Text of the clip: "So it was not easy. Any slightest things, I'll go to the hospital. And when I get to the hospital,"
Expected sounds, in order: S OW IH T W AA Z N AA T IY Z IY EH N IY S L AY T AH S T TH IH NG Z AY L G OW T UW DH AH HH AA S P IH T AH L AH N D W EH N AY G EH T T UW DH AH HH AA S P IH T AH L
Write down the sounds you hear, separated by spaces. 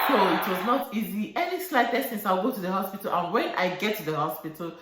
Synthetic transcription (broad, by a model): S OW IH T W AA Z N AA T IY Z IY EH N IY S L AY T AH S T S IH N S AY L G OW T UW DH AH HH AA S P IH T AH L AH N W EH N AY G EH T T UW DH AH HH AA S P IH T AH L